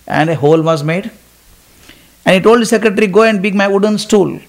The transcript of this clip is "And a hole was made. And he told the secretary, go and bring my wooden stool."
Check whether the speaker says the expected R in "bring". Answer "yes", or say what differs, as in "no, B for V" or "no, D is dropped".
no, R is dropped